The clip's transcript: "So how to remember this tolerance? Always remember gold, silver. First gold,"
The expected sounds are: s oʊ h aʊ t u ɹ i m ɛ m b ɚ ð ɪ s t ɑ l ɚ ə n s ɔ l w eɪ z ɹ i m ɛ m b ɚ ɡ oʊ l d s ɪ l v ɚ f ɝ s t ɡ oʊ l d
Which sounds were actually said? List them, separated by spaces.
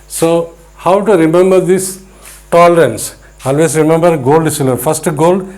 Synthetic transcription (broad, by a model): s oʊ h aʊ t u ɹ i m ɛ m b ɚ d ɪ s t ɑ l ɚ ə n s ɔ l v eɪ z ɹ i m ɛ m b ɚ ɡ oʊ l d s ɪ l ɚ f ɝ s t ɡ oʊ l d